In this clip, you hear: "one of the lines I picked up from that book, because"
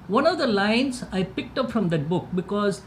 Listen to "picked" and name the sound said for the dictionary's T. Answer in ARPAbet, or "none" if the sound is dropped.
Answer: T